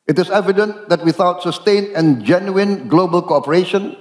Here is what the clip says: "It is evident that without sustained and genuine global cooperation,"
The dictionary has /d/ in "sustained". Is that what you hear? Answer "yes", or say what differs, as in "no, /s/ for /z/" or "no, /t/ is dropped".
no, /d/ is dropped